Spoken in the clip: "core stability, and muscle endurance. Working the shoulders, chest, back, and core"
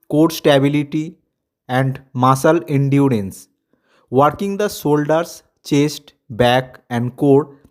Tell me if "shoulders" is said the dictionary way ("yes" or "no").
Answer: no